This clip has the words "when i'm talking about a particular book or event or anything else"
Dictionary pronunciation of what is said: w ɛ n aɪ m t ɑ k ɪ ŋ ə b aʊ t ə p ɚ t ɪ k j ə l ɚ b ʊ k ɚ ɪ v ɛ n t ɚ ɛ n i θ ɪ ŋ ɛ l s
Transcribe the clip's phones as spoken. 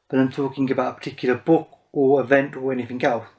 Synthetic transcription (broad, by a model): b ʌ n aɪ m t ɑ k ɪ ŋ ə b aʊ t ə p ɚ t ɪ k j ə l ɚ b ʊ k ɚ ɪ v ɛ n t ɚ ɛ n i θ ɪ ŋ ɛ l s